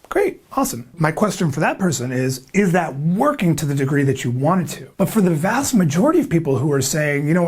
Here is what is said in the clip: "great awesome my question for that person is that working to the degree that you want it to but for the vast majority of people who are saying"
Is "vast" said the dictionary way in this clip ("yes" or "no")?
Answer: yes